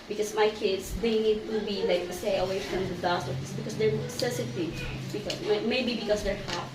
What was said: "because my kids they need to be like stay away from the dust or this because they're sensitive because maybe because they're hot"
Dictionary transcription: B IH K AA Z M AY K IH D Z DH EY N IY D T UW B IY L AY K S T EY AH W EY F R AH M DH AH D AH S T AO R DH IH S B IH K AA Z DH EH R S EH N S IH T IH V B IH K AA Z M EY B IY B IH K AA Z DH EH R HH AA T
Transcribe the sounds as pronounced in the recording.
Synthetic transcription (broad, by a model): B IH K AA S M AY K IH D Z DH EY N IY D T UW B IY L AY K S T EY AH W EY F R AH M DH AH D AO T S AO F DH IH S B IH K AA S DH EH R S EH S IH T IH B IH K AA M M EY B IY B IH K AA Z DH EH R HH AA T